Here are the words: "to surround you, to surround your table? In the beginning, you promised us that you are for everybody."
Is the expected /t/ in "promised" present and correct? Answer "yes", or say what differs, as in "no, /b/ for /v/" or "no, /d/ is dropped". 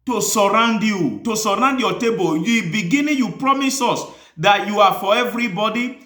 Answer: no, /t/ is dropped